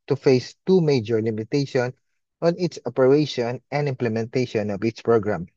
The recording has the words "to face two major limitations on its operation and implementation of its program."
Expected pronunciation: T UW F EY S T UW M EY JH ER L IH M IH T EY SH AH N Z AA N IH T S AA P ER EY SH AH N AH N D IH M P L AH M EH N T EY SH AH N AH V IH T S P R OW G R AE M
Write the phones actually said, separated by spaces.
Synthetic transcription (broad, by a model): T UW F EY S T UW M EY JH ER L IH M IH T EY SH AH N AA N IH T S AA P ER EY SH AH N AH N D IH M P L AH M EH N T EY SH AH N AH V IH T S P R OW G R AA M